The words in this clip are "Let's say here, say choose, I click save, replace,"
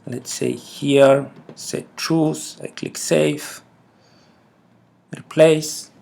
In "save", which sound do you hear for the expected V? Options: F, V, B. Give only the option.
F